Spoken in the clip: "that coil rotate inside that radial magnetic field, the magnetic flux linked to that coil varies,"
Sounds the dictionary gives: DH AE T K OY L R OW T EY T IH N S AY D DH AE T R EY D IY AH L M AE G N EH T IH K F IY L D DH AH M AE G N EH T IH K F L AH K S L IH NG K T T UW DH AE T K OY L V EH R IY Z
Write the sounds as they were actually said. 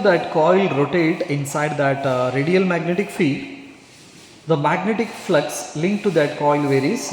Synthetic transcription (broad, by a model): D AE T K OY L R OW T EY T IH N S AY D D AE T R EY D IY AH L M AE G N EH T IH K F IY D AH M AE G N EH T IH K F L AH K S L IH NG K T T UW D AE T K OY L V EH R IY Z